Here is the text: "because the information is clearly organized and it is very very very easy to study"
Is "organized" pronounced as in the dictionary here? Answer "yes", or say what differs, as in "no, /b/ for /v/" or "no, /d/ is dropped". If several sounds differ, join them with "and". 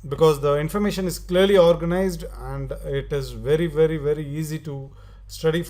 yes